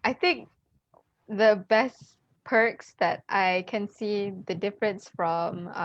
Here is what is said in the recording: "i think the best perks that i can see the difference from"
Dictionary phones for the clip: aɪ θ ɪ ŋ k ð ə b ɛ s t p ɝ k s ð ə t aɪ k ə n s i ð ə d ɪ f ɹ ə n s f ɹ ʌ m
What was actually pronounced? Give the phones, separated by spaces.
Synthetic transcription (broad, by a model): aɪ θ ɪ ŋ k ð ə b ɛ s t p ɝ k s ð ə t aɪ k ə n s i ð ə d ɪ f ɹ ə n s f ɹ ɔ m